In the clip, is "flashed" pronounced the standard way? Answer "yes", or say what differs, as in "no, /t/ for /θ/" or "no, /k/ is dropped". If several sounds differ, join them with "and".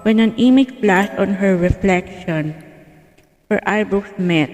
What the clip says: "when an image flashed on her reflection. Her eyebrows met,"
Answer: no, /s/ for /ʃ/